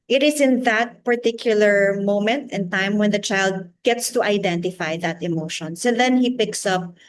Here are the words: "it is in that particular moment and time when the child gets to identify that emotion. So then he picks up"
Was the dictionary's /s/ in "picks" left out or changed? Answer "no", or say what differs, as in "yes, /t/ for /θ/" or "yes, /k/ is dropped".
no